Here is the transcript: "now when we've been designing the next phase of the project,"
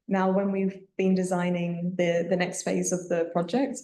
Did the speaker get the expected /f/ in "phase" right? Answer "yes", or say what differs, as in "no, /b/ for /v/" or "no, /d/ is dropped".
yes